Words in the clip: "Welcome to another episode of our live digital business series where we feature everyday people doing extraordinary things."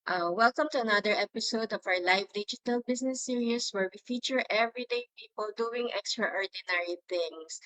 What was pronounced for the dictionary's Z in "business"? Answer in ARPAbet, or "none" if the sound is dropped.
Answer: S